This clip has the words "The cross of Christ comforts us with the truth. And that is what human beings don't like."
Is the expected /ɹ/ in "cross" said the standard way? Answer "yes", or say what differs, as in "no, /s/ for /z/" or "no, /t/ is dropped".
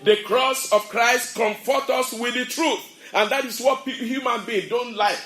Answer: yes